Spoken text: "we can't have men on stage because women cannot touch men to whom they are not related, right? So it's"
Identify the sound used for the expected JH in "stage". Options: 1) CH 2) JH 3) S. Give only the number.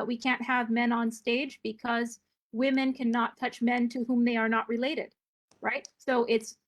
2